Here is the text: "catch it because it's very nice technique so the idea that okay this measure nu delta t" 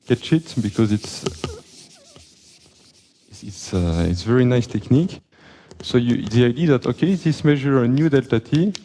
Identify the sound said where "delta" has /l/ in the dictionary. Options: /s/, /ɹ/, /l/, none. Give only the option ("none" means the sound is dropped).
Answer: /l/